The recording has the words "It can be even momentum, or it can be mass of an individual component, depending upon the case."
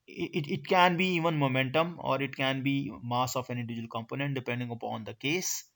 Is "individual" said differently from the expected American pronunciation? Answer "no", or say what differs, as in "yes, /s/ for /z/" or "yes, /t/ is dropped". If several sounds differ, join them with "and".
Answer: yes, /n/ is dropped